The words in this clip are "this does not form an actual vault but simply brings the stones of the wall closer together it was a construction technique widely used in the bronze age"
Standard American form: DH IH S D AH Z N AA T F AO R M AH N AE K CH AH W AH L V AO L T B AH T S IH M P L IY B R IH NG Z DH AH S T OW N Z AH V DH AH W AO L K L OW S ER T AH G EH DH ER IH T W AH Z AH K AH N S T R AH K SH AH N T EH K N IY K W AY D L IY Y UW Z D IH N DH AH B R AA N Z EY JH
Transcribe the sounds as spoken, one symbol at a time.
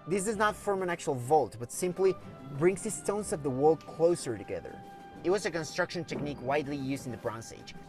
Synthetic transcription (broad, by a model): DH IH S D AH Z N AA T F AO R M AH N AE K CH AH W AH L V AO L T B AH T S IH M P L IY B R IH NG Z DH AH S T OW N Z AH V DH AH W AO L K L OW S ER T AH G EH DH ER IH T W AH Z AH K AH N S T R AH K SH AH N T EH K N IY K W AY D L IY Y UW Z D IH N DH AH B R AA N S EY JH